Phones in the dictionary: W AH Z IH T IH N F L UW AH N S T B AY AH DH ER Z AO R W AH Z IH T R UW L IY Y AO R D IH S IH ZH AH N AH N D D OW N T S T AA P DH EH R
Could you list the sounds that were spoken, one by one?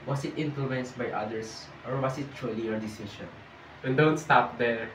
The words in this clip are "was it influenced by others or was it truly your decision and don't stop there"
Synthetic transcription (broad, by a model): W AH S IH T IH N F L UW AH N S T B AY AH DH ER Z AO R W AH S IH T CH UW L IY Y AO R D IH S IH SH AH N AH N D D OW N T S T AA P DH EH R